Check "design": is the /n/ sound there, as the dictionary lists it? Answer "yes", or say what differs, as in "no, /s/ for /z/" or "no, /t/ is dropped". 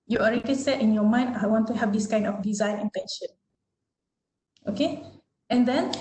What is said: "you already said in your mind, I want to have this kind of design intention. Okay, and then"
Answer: yes